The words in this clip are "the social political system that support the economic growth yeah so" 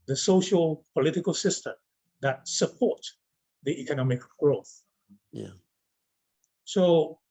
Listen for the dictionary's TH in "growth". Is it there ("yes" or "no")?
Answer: yes